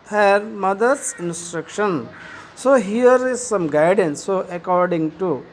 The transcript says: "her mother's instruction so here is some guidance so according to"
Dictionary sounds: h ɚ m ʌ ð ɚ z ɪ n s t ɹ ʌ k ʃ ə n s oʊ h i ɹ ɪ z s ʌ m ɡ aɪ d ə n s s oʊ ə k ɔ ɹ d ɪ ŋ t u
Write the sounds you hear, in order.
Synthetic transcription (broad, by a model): h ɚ m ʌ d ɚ s ɪ n s t ɹ ʌ k ʃ ə n s oʊ h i ɹ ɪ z s ʌ m ɡ aɪ d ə n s s oʊ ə k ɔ ɹ d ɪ ŋ t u